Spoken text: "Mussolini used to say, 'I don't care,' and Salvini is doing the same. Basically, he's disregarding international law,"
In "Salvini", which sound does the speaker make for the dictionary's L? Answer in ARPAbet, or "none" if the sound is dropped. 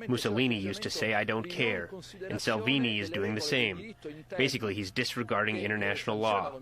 L